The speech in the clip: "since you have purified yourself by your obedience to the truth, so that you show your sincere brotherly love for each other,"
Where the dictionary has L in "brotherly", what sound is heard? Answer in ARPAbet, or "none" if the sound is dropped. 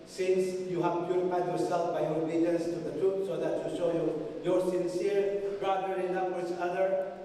none